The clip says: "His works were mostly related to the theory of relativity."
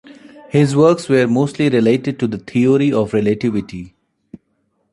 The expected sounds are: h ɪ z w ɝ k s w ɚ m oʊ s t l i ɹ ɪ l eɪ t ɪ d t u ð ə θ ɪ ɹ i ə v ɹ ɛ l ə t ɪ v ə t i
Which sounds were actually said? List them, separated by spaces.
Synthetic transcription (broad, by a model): h ɪ z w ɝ k s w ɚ m oʊ s t l i ɹ ɪ l eɪ t ɪ d t u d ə t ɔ ɹ i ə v ɹ ɛ l ə t ɪ v ə t i